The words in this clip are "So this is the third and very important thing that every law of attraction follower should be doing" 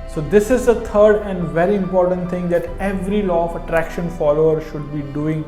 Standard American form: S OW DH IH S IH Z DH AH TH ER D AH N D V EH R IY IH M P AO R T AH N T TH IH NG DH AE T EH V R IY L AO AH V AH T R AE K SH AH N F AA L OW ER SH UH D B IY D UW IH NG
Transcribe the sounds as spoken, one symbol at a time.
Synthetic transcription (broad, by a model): S OW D IH S IH Z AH T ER D AH N D V EH R IY IH M P AO R T AH N T T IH NG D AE T EH V R IY L AO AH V AH T R AE K SH AH N F AA L OW ER SH UH D B IY D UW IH NG